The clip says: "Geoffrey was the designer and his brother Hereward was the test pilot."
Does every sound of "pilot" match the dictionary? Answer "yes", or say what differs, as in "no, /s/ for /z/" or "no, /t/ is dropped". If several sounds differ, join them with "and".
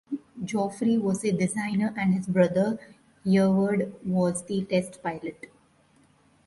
yes